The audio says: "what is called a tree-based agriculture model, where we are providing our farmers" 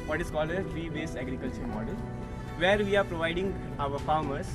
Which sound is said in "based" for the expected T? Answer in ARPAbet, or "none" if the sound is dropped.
none